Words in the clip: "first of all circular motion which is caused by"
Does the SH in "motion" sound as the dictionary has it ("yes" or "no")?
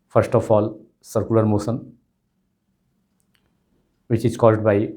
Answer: no